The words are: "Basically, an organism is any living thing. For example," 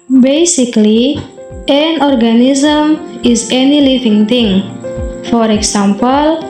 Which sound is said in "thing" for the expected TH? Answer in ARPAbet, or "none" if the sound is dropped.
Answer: T